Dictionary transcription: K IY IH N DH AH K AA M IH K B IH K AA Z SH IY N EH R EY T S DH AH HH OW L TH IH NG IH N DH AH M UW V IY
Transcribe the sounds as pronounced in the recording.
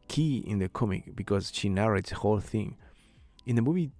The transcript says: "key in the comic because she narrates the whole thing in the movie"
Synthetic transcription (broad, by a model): K IY IH N DH AH K AA M IH K B IH K AA Z SH IY N EH R EY T S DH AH HH OW L TH IH NG IH N DH AH M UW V IY